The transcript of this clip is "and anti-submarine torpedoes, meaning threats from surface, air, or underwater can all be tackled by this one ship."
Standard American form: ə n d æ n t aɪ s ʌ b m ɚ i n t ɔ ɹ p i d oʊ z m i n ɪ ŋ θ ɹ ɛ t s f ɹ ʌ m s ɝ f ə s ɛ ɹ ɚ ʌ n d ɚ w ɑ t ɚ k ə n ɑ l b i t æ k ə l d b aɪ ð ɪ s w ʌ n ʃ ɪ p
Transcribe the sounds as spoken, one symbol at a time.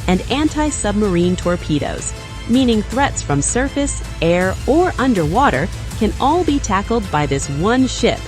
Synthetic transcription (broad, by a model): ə n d æ n t aɪ s ʌ b m ɚ i n t ɔ ɹ p i d oʊ z m i n ɪ ŋ θ ɹ ɛ t s f ɹ ʌ m s ɝ f ə s ɛ ɹ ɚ ʌ n d ɚ w ɑ t ɚ k ə n ɑ l b i t æ k l d b aɪ ð ɪ s w ʌ n ʃ ɪ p